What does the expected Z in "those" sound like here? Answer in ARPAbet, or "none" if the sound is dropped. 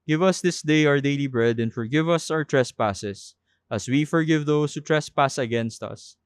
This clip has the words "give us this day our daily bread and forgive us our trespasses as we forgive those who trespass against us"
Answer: S